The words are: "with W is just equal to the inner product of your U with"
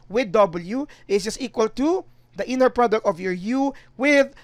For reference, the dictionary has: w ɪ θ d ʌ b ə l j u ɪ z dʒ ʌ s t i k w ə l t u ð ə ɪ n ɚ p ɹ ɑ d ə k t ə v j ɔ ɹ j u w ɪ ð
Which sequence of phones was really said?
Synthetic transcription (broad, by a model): w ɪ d d ʌ b ə l j u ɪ s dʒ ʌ s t i k w ə l t u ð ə ɪ n ɚ p ɹ ɑ d ə k t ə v j ɔ ɹ j u w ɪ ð